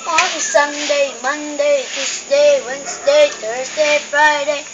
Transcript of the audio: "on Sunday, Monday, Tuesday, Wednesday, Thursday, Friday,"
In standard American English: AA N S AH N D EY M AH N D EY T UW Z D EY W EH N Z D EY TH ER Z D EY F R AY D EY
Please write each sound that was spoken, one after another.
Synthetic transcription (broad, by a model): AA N S AH N D EY M AH N D EY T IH S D EY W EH N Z D EY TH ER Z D EY F R AY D EY